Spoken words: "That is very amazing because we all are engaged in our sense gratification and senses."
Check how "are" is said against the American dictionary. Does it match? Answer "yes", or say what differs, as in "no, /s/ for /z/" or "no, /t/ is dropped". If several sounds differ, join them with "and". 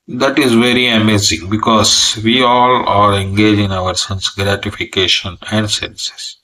no, /l/ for /ɹ/